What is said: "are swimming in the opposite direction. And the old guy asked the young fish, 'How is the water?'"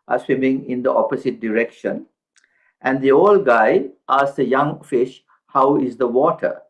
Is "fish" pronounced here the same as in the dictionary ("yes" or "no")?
yes